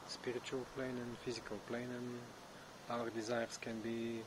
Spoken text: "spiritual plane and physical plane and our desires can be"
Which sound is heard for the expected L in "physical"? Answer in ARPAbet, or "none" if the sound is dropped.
L